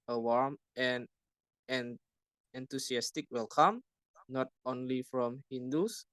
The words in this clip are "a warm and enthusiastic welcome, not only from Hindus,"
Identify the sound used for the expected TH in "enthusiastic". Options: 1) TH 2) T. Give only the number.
2